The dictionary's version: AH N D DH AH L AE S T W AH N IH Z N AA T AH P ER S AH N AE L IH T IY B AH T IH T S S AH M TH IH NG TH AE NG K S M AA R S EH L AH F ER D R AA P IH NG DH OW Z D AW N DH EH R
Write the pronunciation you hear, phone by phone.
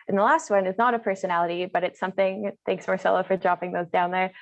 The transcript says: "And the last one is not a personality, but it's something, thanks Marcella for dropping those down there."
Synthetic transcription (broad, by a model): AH N DH AH L AE S T W AH N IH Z N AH T AH P ER S AH N AE L IH T IY B AH T IH T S S AH M TH IH NG TH AE NG K S M AA R S EH L AH F ER D R AA P IH NG DH OW Z D AW N DH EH R